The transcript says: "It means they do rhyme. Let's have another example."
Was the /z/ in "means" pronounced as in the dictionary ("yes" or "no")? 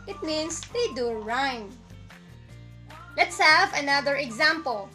no